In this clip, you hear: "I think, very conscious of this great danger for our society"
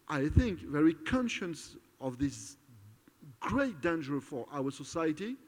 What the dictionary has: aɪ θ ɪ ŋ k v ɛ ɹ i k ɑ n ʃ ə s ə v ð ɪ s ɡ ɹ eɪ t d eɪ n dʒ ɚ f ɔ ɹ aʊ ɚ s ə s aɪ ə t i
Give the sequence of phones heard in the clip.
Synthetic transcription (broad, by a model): aɪ θ ɪ ŋ k v ɛ ɹ i k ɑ n ʃ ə s ə v ð ɪ s ɡ ɹ eɪ t d eɪ n dʒ ɚ f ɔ ɹ aʊ ɚ s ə s aɪ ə t i